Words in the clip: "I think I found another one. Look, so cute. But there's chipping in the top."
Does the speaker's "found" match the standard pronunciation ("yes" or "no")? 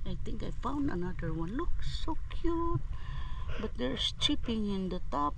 yes